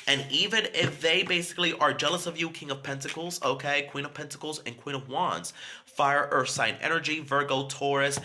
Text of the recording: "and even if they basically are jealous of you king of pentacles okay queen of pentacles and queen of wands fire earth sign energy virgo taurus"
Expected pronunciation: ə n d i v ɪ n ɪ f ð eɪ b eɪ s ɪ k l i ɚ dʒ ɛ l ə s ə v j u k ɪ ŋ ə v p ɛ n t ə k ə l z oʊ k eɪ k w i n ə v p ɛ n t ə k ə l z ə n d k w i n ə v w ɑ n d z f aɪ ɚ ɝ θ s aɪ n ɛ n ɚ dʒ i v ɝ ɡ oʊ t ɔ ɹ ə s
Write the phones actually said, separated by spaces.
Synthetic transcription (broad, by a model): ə n i v ɪ n ɪ f ð eɪ b eɪ s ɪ k l i ɚ dʒ ɛ l ə s ə v j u k ɪ ŋ ə v p ɛ n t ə k l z oʊ k eɪ k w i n ə v p ɛ n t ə k l z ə n k w i n ə v w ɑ n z f aɪ ɚ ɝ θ s aɪ n ɛ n ɚ dʒ i v ɝ ɡ oʊ t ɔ ɹ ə s